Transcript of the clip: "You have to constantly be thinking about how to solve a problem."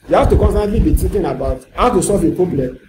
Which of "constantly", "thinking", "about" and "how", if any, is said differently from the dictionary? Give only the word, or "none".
thinking